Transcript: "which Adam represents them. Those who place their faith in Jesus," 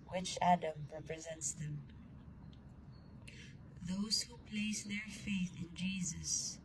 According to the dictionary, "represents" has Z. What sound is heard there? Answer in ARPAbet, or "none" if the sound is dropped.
Z